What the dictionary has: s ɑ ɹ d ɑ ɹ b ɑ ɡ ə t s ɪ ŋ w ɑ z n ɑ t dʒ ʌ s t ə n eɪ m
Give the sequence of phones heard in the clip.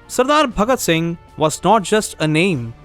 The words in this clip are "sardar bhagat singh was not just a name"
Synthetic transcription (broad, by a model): s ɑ ɹ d ɑ ɹ b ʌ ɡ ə t s ɪ ŋ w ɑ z n ɑ t dʒ ʌ s t ə n eɪ m